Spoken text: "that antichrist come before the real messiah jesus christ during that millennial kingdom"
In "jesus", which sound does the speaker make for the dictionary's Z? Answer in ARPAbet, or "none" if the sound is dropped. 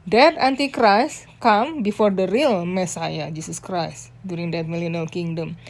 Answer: S